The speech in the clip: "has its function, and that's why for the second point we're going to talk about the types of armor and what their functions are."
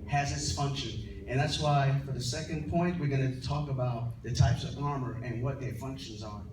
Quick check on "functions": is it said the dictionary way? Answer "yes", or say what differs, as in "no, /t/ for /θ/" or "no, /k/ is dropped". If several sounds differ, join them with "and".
yes